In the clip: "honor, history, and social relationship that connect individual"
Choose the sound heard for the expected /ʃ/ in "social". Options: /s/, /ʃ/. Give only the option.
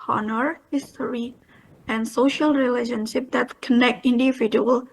/ʃ/